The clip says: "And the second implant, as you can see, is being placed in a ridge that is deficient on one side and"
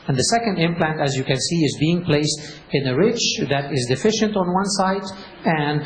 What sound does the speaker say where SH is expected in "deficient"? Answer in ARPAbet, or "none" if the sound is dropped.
SH